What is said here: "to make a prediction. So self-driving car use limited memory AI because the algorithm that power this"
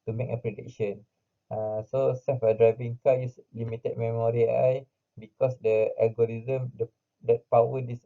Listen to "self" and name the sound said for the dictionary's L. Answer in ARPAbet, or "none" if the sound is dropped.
none